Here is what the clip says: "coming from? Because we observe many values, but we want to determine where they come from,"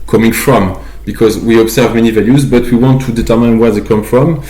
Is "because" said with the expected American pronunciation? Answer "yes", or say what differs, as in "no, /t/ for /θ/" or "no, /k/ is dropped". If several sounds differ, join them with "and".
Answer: yes